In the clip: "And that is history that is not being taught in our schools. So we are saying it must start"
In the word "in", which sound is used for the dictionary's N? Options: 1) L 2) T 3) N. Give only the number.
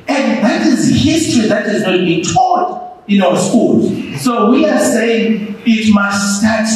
3